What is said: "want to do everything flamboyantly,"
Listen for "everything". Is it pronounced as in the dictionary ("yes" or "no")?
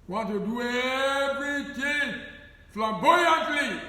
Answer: no